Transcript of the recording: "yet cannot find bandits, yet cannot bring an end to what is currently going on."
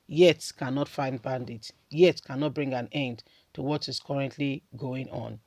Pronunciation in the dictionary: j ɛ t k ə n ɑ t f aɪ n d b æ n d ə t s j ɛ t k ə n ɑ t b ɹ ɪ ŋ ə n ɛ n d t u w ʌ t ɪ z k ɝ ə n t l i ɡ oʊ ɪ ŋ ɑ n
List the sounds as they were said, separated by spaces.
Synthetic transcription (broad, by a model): j ɛ t k ə n ɑ t f aɪ n d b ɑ n d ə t j ɛ t k ə n ɑ t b ɹ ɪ ŋ ə n ɛ n d t u w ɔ t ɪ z k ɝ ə n t l i ɡ oʊ ɪ ŋ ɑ n